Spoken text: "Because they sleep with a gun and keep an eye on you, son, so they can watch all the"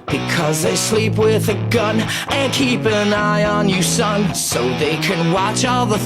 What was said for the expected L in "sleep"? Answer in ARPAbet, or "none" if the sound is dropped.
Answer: L